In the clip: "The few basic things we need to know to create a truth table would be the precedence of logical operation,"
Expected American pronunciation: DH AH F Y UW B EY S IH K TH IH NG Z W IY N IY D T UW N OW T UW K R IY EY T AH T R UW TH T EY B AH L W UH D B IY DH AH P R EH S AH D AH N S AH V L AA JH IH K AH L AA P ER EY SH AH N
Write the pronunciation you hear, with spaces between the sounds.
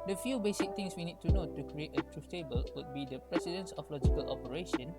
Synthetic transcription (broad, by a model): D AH F Y UW B EY S IH K T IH NG S W IY N IY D T UW N OW T UW K R IY EY T AH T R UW S T EY B AH L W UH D B IY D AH P R EH S AH D AH N S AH F L AA JH IH K AH L AA P ER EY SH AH N